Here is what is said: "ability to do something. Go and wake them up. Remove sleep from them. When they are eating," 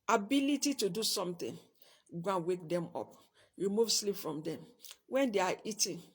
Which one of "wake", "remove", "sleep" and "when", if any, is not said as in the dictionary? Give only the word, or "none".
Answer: none